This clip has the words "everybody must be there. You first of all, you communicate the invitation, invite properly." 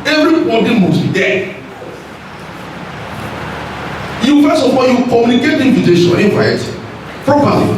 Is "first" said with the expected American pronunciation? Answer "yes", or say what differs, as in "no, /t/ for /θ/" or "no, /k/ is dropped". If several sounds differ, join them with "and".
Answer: no, /t/ is dropped